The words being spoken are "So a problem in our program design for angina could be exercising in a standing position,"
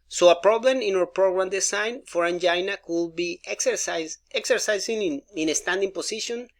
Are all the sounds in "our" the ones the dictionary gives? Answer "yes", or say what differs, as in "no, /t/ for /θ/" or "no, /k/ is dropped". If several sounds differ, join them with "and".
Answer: no, /w/ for /ɹ/